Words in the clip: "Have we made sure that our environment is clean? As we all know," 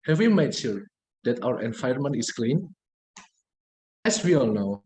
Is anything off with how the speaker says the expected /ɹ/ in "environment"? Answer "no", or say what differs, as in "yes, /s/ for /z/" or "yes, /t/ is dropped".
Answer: yes, /ɹ/ is dropped